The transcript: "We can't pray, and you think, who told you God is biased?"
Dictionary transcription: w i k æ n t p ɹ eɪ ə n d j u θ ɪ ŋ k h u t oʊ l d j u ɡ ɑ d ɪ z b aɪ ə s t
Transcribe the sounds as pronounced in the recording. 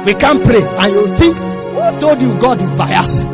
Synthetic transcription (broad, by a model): w i k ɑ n p ɹ eɪ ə n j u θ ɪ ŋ k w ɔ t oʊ d j u ɡ ɑ d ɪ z b aɪ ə s